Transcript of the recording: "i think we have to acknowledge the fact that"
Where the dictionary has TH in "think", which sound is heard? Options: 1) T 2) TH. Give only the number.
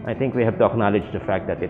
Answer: 1